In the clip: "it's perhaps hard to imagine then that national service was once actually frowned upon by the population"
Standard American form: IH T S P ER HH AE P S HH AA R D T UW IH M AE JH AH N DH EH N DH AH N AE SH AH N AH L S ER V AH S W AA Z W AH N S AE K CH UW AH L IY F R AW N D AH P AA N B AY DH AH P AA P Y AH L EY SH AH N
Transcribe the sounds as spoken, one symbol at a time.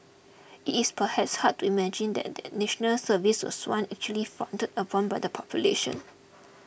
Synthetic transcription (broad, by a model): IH T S P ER HH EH P S HH AA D T UW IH M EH JH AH N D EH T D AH N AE SH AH N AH L S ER V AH S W AA S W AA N AE K CH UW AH L IY F AW N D AH P AA N B AY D AH P AA P Y AH L EY SH AH N